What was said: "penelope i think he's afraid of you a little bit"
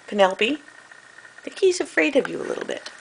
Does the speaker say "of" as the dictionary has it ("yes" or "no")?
yes